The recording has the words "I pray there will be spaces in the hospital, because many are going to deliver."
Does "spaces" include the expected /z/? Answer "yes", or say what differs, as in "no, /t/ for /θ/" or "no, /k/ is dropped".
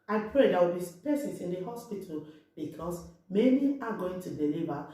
no, /s/ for /z/